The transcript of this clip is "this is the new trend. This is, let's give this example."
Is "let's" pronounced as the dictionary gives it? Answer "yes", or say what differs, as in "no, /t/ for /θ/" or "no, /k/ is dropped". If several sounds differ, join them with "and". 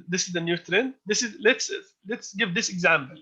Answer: yes